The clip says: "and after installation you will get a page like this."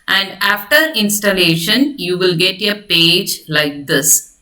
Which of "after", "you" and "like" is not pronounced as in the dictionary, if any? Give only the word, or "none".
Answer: none